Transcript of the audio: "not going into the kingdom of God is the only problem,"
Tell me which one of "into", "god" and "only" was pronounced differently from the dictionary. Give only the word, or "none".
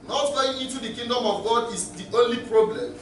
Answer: none